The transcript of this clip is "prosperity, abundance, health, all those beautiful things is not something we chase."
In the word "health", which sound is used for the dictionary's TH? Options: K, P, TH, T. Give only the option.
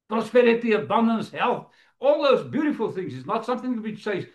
TH